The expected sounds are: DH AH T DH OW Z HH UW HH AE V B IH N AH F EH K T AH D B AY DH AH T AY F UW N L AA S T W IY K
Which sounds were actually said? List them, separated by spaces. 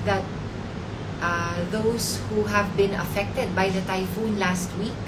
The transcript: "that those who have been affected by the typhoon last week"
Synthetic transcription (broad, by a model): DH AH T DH OW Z HH UW HH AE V B IH N AH F EH K T AH D B AY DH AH T AY F UW N L AA S T W IY K